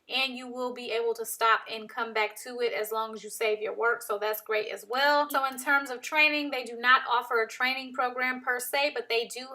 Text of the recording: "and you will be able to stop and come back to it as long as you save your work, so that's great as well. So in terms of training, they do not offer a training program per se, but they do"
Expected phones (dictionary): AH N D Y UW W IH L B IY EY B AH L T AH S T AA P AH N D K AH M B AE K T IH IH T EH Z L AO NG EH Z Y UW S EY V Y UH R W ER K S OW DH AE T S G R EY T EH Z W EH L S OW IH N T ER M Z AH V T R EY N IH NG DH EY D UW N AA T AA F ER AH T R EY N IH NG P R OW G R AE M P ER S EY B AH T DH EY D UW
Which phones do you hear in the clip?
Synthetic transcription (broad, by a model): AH N Y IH W IH L B IY EY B L T AH S T AA P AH N K AH M B AE K T IH IH T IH Z L AO NG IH Z Y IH S EY V Y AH R W ER K S OW DH AE T S G R EY T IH Z W EH L S OW IH N T ER M Z AH V T R EY N IH NG DH EY D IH N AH T AA F ER AH T R EY N IH NG P R OW G R AE M P ER S EY B AH T DH EY D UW